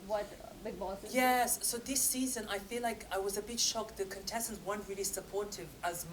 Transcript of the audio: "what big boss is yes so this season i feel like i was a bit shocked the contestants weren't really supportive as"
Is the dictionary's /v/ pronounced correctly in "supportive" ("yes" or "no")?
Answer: yes